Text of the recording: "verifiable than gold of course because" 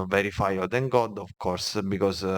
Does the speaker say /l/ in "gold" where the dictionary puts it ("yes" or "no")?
no